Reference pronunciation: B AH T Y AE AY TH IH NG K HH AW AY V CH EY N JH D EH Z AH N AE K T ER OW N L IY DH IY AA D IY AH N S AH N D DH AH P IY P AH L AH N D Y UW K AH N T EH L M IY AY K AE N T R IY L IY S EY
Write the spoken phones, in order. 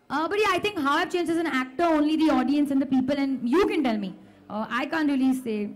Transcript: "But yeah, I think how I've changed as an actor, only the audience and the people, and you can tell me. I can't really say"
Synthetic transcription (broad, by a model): B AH T Y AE AY T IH NG K HH AW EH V CH EY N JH EH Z AH N AE K T ER OW N L IY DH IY AA D IY AH N S AH N D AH P IY P AH L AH N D Y UW K AH N T EH L M IY AY K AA N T R IY L IY S EY